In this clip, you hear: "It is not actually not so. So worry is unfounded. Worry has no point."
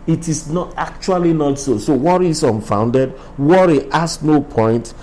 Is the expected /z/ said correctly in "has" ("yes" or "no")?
no